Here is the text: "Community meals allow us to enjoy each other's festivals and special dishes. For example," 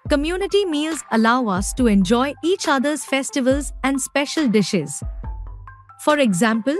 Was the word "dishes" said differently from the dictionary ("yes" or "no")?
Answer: no